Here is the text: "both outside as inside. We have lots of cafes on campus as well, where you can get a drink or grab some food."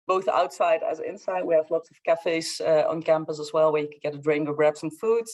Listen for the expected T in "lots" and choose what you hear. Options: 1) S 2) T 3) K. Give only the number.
2